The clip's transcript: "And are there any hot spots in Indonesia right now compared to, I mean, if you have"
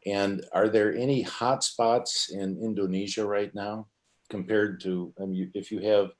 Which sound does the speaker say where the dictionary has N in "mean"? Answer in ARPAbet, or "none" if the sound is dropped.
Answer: none